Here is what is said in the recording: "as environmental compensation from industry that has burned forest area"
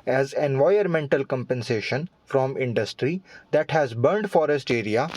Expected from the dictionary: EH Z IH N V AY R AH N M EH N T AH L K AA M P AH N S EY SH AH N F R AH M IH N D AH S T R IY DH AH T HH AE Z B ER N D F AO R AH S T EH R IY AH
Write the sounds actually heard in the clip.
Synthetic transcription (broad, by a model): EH Z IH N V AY AH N M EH N T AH L K AA M P AH N S EY SH AH N F R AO M IH N D AH S T R IY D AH T HH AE Z B ER N D F AO R AH S T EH R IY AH